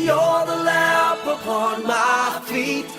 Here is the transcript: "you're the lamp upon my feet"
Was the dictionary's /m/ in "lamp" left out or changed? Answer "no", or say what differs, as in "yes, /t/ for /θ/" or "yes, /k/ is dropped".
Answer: yes, /m/ is dropped